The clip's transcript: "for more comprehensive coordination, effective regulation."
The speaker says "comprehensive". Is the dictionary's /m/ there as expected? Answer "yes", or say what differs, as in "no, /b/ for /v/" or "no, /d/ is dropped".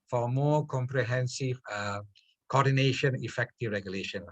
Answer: yes